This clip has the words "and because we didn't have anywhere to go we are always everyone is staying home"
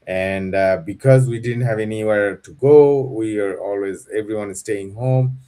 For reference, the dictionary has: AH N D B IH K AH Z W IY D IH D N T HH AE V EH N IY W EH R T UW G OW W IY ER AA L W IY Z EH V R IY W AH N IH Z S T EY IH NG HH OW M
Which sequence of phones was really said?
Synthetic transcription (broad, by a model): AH N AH B IH K AH Z W IY D IH D N T HH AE V EH N IY W EH R T UW G OW W IY ER AA L W IY Z EH V R IY W AH N IH Z S T EY IH NG HH OW M